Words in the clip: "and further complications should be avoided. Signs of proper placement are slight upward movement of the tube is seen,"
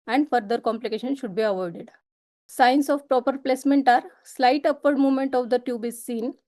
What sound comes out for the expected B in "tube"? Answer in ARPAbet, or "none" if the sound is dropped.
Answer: B